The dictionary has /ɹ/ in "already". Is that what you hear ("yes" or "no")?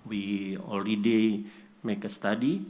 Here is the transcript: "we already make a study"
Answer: no